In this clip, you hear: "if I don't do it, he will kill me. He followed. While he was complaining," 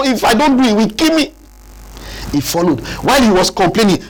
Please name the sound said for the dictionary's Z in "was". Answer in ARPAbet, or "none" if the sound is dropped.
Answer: S